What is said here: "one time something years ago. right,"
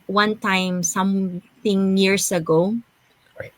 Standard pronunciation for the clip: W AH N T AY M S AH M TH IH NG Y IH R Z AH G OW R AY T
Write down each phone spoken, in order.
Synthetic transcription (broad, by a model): W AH N T AY M S AH M TH IH NG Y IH R S AH G OW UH